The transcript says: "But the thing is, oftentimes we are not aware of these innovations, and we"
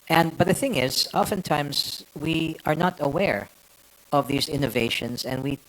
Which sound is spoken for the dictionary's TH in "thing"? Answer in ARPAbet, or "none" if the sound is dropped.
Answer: TH